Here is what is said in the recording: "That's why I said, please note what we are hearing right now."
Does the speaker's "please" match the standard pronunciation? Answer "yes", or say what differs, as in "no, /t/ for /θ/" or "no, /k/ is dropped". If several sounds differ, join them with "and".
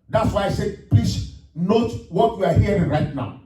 no, /s/ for /z/